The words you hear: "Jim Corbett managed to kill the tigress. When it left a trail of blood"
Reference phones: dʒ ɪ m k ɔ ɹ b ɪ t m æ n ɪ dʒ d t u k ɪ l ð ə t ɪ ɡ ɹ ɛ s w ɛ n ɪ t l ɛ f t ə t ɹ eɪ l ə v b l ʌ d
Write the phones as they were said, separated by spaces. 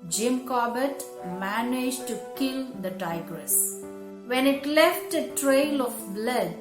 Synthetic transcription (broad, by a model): dʒ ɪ m k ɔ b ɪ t m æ n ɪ dʒ t u k ɪ l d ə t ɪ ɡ ɹ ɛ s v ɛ n ɪ t l ɛ f t ə t ɹ eɪ l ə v b l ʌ d